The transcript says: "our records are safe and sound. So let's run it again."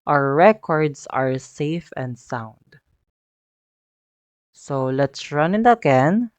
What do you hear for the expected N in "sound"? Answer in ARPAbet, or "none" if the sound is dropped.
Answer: N